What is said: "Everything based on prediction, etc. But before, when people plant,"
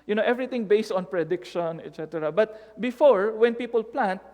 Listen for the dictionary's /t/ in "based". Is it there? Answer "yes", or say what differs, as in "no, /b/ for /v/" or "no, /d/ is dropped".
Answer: yes